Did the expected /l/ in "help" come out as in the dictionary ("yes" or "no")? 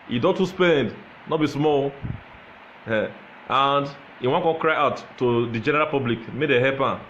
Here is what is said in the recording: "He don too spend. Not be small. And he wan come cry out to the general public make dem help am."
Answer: no